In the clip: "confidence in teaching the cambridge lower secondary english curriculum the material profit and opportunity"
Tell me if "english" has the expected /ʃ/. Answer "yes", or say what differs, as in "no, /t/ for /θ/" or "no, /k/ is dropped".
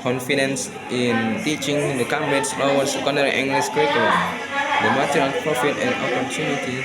no, /s/ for /ʃ/